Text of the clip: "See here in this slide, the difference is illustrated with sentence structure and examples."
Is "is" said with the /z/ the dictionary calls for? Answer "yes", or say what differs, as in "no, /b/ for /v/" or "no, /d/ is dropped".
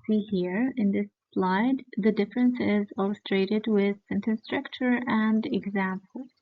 yes